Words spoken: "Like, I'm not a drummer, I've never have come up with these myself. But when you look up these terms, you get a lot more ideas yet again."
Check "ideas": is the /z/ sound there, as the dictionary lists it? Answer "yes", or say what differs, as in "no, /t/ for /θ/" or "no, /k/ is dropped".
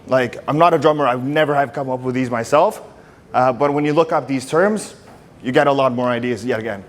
yes